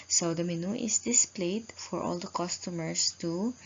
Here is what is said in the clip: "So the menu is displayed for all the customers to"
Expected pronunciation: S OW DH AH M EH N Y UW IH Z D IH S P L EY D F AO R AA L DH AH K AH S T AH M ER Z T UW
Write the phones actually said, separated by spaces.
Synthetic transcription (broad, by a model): S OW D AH M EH N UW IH S D IH S P L EY D F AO R AA L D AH K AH S T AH M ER S T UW